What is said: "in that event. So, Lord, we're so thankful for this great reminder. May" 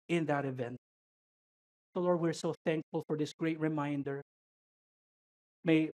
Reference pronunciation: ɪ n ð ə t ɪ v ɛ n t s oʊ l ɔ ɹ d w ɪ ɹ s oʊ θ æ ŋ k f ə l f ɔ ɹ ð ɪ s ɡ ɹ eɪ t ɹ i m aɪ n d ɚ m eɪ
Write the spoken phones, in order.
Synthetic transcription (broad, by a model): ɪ n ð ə t ɪ v ɛ n t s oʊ l ɔ ɹ d w ɪ ɹ s oʊ θ æ ŋ k f ə l f ɔ ɹ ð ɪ s ɡ ɹ eɪ t ɹ i m aɪ n d ɚ m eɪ